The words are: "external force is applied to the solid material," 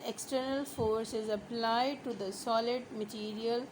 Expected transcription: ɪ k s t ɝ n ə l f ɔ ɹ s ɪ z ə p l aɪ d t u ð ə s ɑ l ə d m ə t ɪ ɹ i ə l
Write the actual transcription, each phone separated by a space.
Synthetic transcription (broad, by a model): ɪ k s t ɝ n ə l f ɔ ɹ s ɪ z ə p l aɪ d t u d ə s ɑ l ə d m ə t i ɹ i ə l